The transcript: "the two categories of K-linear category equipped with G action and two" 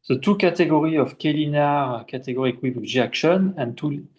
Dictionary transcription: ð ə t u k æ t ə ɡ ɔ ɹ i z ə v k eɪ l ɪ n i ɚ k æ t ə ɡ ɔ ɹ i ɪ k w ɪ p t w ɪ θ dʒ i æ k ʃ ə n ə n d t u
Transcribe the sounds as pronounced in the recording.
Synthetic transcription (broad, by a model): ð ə t u k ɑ t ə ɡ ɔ ɹ i ə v k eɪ l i n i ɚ k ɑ t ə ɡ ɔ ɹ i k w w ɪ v dʒ i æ k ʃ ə n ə n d t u